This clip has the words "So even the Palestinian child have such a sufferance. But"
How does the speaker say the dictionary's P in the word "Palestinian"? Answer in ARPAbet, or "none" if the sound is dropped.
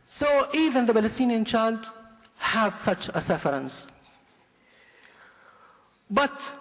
B